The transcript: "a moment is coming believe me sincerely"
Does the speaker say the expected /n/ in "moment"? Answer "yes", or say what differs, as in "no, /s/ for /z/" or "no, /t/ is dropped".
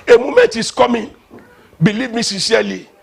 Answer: no, /n/ is dropped